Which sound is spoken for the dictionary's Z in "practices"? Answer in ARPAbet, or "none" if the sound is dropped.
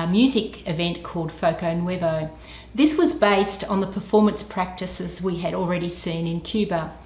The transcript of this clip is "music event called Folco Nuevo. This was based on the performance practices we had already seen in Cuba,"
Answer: Z